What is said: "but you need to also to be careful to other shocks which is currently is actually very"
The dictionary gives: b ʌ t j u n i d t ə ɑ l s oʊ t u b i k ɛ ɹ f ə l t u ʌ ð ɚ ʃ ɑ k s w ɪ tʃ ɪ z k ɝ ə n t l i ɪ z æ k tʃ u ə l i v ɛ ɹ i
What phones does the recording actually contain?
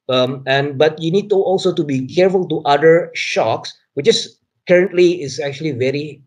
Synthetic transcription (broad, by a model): b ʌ t j u n i d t ɑ l s oʊ t u b i k ɛ ɹ f ə l t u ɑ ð ɚ ʃ ɑ k s w ɪ tʃ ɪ s k ɝ ə n t l i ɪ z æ k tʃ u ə l i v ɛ ɹ i